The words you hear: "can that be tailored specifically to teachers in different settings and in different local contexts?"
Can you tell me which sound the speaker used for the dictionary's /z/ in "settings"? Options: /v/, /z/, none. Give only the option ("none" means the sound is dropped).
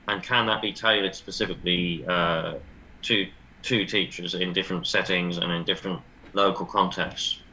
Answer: /z/